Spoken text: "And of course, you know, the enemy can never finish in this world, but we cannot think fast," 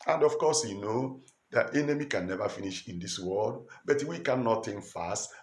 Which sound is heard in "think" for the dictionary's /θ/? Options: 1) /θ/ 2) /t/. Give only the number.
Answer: 2